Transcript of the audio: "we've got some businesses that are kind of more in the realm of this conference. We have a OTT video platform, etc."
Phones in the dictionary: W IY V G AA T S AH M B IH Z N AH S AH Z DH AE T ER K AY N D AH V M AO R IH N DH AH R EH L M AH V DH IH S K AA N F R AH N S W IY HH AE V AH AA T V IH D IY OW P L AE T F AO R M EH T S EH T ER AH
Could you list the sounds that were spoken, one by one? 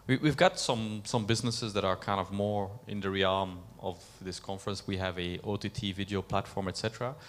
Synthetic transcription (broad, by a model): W IY V G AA T S AH M B IH Z N AH S AH Z DH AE T ER K AY N D AH V M AO R IH N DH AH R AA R M AH V DH IH S K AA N F R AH N S W IY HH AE V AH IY T V IH D IY OW P L AE T F AO R M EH T S EH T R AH